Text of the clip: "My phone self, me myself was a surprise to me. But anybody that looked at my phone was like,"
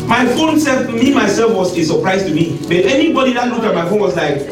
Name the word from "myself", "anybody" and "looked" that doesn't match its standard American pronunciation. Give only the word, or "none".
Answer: looked